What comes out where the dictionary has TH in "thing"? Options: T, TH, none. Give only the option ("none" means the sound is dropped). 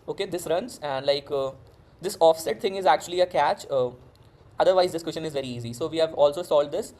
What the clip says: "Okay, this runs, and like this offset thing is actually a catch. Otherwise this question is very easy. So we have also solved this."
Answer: T